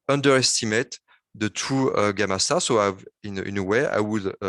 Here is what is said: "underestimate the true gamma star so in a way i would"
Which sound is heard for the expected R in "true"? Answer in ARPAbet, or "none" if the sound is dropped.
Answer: none